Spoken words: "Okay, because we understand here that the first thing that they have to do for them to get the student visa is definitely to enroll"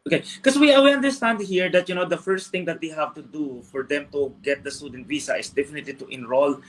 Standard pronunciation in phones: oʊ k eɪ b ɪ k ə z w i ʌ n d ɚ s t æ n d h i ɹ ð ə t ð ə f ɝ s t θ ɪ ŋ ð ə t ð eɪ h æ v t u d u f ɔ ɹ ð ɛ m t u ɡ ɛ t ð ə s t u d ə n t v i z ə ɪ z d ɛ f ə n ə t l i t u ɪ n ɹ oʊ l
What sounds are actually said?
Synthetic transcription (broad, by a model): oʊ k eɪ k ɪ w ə w i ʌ n d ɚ s t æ n d h i ɹ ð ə t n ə f ɝ s t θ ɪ ŋ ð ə t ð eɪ h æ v t u d u f ɔ ɹ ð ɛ m t u ɡ ɛ t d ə s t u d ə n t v i s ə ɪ s d ɛ f ə n ə t l i t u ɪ n ɹ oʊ l